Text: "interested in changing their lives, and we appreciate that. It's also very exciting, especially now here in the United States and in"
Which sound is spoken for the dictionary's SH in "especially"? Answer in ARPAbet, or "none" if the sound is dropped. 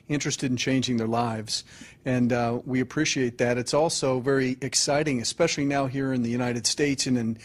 SH